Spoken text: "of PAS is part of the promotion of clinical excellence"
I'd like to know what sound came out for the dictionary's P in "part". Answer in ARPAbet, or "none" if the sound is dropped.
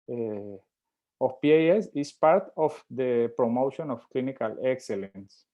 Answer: P